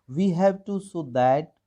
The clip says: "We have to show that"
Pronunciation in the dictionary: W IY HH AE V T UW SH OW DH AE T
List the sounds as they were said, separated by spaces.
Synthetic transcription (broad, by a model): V IY HH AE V T UW S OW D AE T